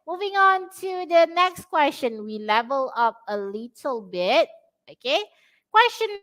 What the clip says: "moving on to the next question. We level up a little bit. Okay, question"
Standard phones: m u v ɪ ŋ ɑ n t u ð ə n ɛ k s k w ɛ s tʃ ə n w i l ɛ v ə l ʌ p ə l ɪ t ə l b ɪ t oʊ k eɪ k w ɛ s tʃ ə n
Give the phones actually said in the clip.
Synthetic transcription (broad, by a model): m u v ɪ ŋ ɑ n t u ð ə n ɛ k s k w ɛ s tʃ ə n w i l ɛ v ə l ʌ p ə l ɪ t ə l b ɪ t oʊ k eɪ k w ɛ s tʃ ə n